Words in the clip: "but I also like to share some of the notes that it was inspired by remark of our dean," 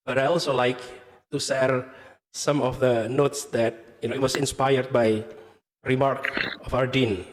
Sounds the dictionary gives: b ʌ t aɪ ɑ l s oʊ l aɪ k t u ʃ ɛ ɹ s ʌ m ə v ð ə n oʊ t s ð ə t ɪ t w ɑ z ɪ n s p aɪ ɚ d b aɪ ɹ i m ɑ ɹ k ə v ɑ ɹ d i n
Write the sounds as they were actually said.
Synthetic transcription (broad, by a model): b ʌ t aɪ ɑ l s oʊ l aɪ k t u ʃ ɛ ɹ s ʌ m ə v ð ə n oʊ t s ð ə t ɪ t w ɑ s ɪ n s p aɪ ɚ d b aɪ ɹ i m ɑ ɹ k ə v ɑ ɹ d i n